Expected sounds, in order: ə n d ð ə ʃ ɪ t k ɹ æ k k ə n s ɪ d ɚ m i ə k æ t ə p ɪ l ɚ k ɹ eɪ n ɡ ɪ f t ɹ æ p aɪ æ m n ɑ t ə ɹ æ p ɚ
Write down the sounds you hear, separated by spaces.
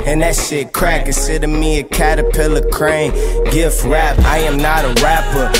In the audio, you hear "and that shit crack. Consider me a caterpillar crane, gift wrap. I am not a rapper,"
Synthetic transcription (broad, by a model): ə n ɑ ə s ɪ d k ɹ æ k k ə s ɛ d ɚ m i ə k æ t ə p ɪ l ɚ k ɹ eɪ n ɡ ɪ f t ɹ æ p aɪ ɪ m n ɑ t ə ɹ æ p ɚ